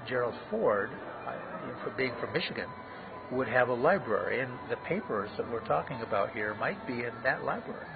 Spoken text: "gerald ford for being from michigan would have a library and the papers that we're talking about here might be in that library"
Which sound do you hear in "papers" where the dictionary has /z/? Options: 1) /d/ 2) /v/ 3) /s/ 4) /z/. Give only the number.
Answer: 4